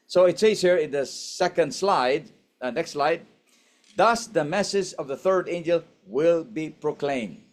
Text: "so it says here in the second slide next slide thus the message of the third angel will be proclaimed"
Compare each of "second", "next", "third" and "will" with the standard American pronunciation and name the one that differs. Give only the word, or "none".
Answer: none